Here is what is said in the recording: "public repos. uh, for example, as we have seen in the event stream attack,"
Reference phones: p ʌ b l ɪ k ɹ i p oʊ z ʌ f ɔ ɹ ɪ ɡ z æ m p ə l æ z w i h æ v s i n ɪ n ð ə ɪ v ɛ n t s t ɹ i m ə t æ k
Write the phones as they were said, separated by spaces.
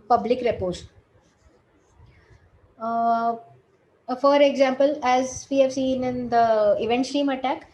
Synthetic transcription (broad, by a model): p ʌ b l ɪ k ɹ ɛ p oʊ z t f ɔ ɹ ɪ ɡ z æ m p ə l æ z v i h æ v s i n ɪ n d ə ɪ v ɛ n t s t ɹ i m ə t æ k